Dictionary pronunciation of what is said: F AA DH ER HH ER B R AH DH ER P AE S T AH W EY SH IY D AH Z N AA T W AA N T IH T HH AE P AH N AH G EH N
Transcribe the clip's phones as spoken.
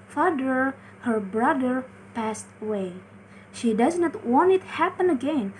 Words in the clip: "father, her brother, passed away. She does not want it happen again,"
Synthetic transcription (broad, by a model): F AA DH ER HH ER B R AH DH ER P AE S T AH W EY SH IY D AH Z N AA T W AA N T IH T HH AE P AH N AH G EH N